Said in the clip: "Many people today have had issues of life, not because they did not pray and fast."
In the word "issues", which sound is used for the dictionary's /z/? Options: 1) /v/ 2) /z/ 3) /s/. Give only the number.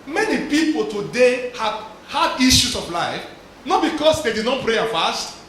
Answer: 3